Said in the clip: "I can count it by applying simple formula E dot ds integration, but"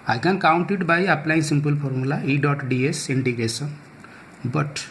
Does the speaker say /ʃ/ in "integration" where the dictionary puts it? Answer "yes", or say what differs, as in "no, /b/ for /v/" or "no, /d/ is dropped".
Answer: no, /s/ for /ʃ/